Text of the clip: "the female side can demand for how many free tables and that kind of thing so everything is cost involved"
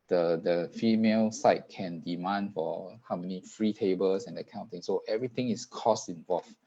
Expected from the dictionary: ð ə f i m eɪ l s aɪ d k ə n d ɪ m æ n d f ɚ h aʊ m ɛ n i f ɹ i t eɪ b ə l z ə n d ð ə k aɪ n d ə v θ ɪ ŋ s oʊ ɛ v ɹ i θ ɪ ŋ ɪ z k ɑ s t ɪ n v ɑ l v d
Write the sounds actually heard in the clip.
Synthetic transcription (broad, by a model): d ə f i m eɪ l s aɪ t k ə n d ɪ m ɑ n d f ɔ h aʊ m ɛ n i f ɹ i t eɪ b ə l s ə n d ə k aɪ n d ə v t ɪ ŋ s oʊ ɛ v ɹ i t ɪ ŋ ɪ s k ɑ s t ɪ n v ɑ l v